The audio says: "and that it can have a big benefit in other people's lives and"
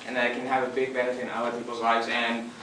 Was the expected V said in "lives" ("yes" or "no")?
yes